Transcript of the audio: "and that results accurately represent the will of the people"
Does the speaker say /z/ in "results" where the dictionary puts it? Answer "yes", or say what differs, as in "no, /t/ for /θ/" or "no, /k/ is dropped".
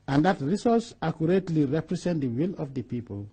no, /s/ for /z/